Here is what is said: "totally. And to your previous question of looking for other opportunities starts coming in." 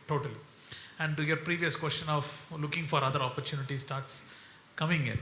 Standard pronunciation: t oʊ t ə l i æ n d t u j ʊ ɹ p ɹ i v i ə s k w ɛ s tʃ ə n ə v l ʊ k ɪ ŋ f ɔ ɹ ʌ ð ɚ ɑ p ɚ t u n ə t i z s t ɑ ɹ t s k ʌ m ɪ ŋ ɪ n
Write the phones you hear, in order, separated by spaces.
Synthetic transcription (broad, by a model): t oʊ t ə l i æ n d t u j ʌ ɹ p ɹ i v i ə s k w ɛ s tʃ ə n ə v l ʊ k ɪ ŋ f ɔ ɹ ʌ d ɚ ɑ p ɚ t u n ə t i s t ɑ ɹ t s k ʌ m ɪ ŋ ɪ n